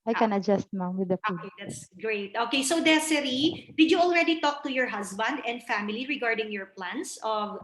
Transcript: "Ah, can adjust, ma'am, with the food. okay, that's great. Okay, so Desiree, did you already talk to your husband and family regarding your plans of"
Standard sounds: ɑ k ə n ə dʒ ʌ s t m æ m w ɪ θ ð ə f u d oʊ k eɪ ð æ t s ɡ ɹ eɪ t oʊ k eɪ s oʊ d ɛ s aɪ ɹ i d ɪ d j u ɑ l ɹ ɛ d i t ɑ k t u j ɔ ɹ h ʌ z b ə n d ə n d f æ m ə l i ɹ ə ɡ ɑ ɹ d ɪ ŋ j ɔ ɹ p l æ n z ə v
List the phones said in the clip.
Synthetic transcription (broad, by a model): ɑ k ə n ə dʒ ʌ s t m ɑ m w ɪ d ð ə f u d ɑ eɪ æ t s ɡ ɹ eɪ t oʊ k eɪ s oʊ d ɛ s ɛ ɹ i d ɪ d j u ɑ l ɹ ɛ d i t ɑ k t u j ɔ ɹ h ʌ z b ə n d ə n d f æ m ə l i ɹ ə ɡ ɑ ɹ d ɪ ŋ j ɔ ɹ p l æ n s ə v